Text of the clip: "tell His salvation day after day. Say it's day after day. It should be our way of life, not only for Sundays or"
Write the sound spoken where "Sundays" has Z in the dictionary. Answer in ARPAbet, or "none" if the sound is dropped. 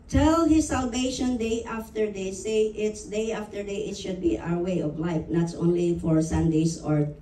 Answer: S